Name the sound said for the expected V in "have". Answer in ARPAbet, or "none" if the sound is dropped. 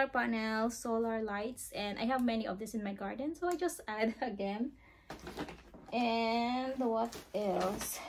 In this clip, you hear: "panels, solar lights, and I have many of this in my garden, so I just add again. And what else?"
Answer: V